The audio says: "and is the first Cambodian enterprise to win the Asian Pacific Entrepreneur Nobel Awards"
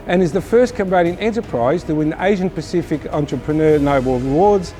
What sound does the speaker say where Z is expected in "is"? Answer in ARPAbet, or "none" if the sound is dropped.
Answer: Z